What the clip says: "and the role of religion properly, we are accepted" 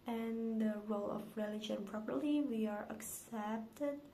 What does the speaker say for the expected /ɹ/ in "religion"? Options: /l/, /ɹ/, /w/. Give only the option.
/ɹ/